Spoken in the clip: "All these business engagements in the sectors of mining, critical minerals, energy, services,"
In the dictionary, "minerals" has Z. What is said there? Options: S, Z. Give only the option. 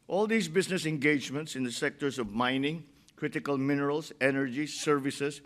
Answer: S